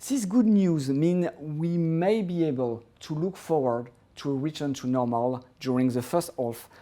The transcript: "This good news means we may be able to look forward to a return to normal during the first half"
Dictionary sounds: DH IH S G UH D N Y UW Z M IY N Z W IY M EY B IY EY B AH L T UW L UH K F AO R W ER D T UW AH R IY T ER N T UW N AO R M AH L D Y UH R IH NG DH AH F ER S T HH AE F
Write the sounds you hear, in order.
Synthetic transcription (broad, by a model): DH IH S G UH D N Y UW Z M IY N W IY M EY B IY EY B AH L T UW L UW K F AO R W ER D T UW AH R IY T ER N T UW N AO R M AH L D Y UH R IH NG DH AH F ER S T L F